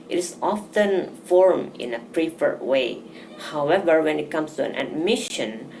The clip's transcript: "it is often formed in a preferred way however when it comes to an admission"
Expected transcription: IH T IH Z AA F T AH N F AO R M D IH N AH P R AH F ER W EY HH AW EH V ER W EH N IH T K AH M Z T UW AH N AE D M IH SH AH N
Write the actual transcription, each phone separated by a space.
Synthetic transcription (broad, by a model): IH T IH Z AA F T AH N F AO R M IH N AH P R AH F ER W EY HH AW EH V ER W EH N IH T K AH M S T UW AH N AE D M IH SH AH N